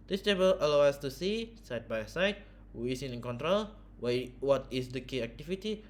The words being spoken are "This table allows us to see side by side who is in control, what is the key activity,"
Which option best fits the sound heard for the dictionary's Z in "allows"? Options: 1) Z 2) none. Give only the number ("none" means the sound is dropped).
2